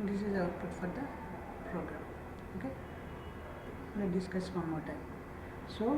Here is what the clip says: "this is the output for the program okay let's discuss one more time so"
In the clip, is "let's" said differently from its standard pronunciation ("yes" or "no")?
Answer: yes